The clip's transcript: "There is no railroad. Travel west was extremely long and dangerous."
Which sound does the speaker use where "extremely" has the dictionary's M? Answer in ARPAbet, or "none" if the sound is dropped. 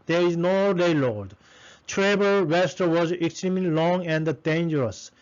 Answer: M